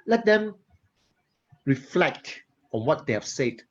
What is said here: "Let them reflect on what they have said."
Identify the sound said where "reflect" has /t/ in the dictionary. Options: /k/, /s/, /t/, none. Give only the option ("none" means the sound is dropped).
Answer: /t/